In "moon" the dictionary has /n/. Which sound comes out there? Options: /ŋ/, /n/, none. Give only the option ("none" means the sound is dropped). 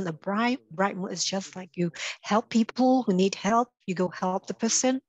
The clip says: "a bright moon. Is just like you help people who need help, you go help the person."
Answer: none